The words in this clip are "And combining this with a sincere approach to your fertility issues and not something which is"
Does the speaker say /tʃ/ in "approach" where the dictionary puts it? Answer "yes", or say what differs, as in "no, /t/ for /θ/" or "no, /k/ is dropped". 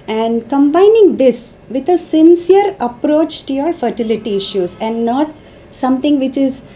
yes